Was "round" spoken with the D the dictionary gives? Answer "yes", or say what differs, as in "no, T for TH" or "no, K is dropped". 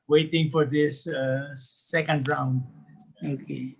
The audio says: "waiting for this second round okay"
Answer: yes